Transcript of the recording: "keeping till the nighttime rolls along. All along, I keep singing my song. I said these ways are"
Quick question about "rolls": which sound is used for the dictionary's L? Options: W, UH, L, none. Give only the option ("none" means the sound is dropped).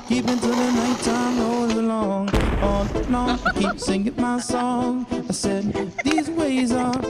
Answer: none